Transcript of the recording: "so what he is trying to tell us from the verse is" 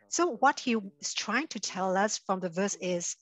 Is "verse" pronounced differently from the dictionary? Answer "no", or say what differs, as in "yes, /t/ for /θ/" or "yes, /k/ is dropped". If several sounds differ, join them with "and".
no